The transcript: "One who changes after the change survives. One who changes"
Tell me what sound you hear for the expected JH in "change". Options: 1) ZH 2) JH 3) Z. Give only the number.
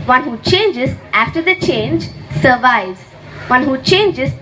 2